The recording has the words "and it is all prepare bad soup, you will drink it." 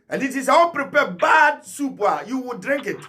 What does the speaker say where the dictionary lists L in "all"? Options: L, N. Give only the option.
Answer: N